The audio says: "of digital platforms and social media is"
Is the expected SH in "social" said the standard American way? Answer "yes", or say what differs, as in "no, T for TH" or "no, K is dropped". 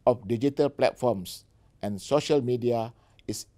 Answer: yes